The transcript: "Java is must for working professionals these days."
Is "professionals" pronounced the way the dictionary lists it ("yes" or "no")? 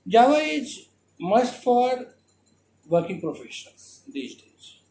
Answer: no